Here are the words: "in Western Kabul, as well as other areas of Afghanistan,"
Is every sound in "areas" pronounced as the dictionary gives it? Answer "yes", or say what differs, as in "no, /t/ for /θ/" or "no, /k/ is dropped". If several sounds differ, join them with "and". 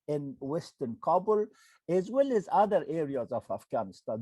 yes